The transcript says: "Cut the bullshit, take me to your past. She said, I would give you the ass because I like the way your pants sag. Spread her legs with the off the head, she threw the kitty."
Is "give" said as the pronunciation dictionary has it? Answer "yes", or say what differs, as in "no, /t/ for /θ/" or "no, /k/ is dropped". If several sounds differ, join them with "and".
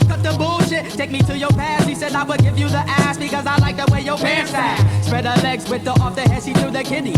yes